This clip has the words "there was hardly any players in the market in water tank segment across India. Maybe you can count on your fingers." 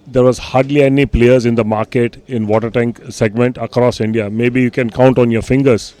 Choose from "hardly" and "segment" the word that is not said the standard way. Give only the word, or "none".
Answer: none